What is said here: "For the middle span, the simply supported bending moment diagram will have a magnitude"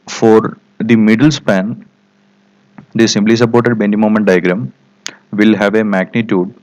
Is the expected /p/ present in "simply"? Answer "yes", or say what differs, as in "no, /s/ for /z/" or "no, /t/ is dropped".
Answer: no, /b/ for /p/